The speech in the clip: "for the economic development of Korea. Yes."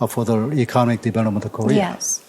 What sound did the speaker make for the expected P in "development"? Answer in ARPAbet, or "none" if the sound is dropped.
none